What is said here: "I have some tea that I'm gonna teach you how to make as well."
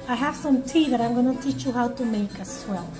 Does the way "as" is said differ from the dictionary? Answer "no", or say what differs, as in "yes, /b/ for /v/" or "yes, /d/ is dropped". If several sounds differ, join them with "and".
yes, /s/ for /z/